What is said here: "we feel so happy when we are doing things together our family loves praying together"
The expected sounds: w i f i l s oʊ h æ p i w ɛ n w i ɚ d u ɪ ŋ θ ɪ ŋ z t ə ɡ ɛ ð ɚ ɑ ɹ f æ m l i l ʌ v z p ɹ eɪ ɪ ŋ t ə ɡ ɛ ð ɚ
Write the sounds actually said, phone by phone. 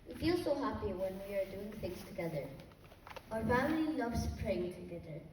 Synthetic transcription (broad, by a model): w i f i l s oʊ h æ p i w ɛ n w i ɚ d u ɪ ŋ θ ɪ ŋ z t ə ɡ ɛ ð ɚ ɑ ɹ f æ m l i n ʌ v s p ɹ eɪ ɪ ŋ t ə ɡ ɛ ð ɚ